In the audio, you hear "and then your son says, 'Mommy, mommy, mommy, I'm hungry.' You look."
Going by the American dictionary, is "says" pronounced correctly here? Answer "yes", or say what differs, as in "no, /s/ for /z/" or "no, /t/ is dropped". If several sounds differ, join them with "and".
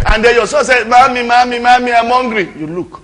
no, /z/ is dropped